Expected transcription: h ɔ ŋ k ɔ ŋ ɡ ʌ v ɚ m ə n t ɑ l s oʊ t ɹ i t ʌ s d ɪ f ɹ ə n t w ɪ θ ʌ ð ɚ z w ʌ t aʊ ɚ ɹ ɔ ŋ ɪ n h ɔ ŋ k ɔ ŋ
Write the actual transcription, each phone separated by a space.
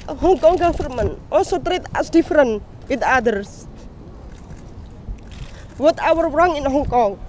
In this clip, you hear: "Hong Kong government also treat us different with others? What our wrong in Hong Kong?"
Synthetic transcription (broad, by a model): h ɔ ŋ k ɔ ŋ ɡ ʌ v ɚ m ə n t ɑ l s oʊ t ɹ i t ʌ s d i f ɹ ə n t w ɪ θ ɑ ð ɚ s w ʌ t aʊ ɚ ɹ ɔ ŋ ɪ n h ɔ ŋ k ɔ ŋ